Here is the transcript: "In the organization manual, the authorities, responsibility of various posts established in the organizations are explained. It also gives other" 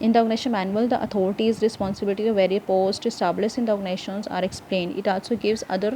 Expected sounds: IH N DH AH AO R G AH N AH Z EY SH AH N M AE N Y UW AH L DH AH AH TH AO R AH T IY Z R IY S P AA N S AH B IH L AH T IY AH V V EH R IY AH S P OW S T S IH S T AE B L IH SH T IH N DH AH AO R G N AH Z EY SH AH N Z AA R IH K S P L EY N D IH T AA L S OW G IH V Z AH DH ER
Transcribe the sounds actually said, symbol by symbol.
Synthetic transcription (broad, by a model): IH N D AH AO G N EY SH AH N M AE N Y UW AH L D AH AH T AO R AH T IY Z R IY S P AA N S AH B IH L AH T IY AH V V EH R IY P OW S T IH S T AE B L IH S IH N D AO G N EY SH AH N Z AA R IH K S P L EY N D IH T AA L S OW G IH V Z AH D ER